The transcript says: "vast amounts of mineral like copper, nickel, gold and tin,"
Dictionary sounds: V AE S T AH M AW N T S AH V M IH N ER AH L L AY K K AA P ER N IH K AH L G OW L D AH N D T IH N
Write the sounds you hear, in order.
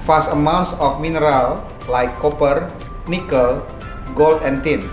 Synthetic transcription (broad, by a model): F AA S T AH M AW N T S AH F M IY N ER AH L L AY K K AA P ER N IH K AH L G OW L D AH N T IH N